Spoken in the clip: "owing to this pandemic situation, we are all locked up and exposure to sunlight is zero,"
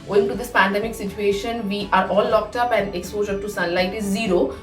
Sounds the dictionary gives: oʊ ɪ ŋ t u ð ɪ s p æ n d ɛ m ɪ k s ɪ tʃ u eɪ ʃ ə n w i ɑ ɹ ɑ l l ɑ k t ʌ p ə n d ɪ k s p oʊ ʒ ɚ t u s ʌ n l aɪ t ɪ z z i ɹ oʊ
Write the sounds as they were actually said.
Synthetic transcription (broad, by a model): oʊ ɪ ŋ t u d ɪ s p æ n d ɛ m ɪ k s ɪ tʃ u eɪ ʃ ə n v i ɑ ɹ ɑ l l ɑ k t ʌ p ə n d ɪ k s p oʊ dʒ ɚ t u s ʌ n l aɪ t ɪ z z i ɹ oʊ